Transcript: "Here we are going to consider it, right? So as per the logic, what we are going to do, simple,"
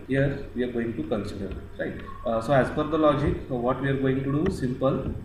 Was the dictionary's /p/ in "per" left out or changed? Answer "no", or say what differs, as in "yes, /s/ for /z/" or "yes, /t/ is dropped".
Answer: yes, /f/ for /p/